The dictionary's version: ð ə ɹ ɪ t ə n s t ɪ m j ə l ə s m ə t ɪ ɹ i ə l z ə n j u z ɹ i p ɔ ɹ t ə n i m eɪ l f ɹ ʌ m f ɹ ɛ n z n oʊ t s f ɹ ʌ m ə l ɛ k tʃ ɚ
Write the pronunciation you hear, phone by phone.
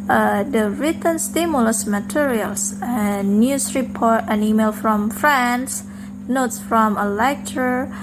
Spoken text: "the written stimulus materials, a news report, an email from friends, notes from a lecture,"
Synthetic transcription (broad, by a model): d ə ɹ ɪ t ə n s t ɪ m j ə l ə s m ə t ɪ ɹ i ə l s ə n j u s ɹ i p ɔ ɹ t ə n i m eɪ l f ɹ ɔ m f ɹ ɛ n s n oʊ t s f ɹ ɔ m ə l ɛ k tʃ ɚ